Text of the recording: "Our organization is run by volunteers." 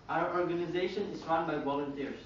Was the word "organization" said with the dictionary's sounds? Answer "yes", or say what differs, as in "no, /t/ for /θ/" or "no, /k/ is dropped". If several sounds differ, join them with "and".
yes